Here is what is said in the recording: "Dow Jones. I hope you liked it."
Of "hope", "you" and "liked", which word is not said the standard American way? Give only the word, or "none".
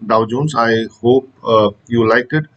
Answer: liked